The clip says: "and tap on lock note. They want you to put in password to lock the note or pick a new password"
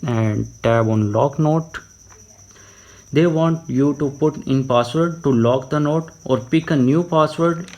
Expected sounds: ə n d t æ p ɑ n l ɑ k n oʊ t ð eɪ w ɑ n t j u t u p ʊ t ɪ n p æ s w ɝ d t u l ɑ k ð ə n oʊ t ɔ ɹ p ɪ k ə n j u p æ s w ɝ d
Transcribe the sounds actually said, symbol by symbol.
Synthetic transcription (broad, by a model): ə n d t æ b ɑ n l ɑ k n oʊ t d eɪ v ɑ n t j u t u p ʊ t ɪ n p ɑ s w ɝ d t u l ɑ k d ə n oʊ t ɔ ɹ p ɪ k ə n j u p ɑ s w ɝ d